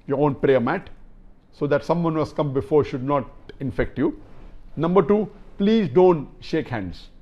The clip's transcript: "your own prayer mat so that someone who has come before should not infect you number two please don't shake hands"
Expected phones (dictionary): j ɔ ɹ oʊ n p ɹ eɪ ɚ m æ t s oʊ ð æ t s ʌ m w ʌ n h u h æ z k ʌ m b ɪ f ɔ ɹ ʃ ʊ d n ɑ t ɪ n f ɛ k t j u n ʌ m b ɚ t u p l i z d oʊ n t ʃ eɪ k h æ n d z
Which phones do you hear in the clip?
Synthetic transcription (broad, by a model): j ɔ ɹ oʊ n p ɹ eɪ ɚ m æ t s oʊ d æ t s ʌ m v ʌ n h u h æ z k ʌ m b ɪ f ɔ ɹ ʃ ʊ d n ɑ t ɪ n f ɛ k t j u n ʌ m b ɚ t u p l i z d oʊ n t ʃ eɪ k h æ n d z